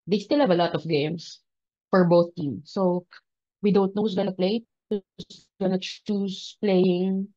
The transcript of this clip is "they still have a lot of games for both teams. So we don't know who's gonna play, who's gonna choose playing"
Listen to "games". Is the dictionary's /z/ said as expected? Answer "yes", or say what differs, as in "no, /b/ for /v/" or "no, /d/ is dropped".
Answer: no, /s/ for /z/